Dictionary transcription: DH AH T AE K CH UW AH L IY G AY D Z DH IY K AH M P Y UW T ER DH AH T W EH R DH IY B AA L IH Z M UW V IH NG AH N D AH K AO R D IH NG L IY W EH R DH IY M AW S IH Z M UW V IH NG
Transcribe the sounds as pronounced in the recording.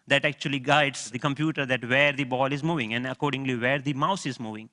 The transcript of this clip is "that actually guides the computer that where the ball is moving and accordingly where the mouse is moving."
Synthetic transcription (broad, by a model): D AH T AE K CH UW AH L IY G AY D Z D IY K AH M P Y UW T ER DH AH T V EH R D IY B AA L IH Z M UW V IH NG AH N D AH K AO R D IH NG L IY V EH R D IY M AW S IH Z M UW V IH NG